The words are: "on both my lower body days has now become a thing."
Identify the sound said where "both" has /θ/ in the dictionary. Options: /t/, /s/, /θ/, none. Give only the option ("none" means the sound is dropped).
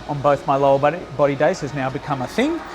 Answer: /θ/